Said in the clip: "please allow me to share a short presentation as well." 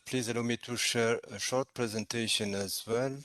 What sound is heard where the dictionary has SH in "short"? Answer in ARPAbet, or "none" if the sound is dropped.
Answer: SH